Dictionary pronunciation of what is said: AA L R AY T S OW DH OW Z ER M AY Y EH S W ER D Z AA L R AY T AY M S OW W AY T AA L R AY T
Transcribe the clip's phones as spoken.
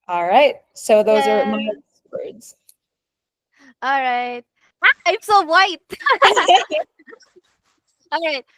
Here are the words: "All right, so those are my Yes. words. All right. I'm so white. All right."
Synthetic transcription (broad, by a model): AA L R AY T S OW DH OW Z ER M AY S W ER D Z AA L R AY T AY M S OW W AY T AA L R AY T